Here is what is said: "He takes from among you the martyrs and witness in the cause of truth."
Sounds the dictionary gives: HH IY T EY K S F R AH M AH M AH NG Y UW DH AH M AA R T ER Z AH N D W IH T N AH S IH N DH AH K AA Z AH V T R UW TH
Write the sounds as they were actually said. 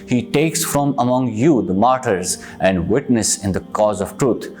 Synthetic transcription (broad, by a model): HH IY T EY K S F R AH M AH M AH NG Y UW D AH M AA R T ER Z AH N D W IH T N AH S IH N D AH K AA Z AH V T R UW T